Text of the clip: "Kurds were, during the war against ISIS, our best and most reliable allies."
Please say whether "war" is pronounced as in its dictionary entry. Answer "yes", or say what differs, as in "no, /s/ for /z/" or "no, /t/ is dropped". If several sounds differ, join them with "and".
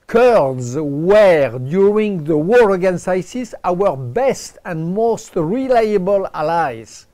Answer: yes